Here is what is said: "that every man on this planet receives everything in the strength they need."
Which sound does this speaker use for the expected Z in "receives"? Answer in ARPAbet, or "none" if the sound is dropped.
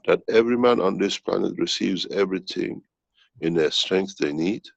Z